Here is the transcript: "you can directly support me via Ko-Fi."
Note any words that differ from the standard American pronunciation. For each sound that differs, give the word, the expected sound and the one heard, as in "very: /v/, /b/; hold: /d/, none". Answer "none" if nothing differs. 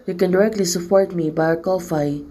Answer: via: /v/, /b/